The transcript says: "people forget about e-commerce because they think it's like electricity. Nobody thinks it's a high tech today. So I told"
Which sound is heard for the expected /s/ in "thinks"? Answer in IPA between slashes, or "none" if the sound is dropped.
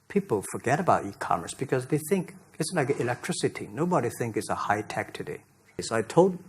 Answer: none